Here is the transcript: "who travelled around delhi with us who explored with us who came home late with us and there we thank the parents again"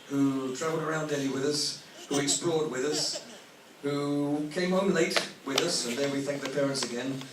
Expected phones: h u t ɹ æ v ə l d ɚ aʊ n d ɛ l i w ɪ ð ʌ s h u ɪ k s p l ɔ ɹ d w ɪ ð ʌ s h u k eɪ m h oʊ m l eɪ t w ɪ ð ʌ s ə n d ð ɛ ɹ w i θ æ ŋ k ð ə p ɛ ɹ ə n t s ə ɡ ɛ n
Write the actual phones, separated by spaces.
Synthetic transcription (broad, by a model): h u t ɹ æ v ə l d ɚ aʊ n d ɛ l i w ɪ ð ʌ s h u ɪ k s p l ɔ ɹ d w ɪ ð ʌ s h u k eɪ m h oʊ m l eɪ t w ɪ ð ʌ s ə n ð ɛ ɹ w i θ æ ŋ k ð ə p ɛ ɹ ə n t s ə ɡ ɛ n